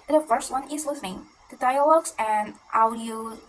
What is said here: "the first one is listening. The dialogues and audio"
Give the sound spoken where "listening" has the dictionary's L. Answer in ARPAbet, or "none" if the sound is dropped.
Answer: W